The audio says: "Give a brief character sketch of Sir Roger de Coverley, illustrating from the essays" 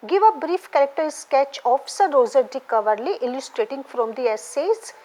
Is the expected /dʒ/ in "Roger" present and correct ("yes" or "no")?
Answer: no